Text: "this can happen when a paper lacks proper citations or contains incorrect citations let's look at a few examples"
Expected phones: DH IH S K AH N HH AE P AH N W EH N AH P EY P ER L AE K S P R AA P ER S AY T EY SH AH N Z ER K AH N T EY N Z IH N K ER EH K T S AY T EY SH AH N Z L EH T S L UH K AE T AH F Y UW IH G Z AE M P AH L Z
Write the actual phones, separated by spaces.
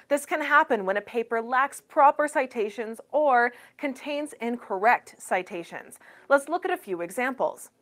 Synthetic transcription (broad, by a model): DH IH S K AH N HH AE P AH N W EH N AH P EY P ER L AE K S P R AA P ER S AY T EY SH AH N Z ER K AH N T EY N Z IH N K ER EH K T S AY T EY SH AH N Z L EH T S L UH K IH T AH F Y UW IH G Z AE M P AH L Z